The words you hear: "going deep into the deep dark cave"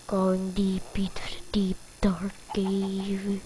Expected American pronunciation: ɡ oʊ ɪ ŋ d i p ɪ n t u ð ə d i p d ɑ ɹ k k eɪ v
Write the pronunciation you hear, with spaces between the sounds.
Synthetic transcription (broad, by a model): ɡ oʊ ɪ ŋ d i p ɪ t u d d i p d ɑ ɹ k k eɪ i